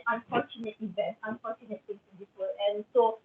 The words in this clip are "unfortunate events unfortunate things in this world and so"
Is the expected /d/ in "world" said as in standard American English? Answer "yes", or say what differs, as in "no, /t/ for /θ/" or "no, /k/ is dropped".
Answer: no, /d/ is dropped